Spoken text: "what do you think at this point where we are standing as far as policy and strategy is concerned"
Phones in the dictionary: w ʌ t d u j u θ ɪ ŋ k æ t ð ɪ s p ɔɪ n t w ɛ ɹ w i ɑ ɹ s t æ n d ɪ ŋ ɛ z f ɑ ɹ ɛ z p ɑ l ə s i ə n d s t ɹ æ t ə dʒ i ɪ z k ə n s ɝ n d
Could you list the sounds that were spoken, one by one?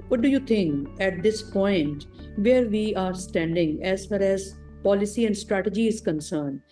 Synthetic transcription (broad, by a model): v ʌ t d u j u t ɪ ŋ k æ t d ɪ s p ɔɪ n t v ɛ ɹ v i ɑ ɹ s t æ n d ɪ ŋ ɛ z f ɑ ɹ ɛ z p ɑ l ə s i ə n d s t ɹ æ t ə dʒ i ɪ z k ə n s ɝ n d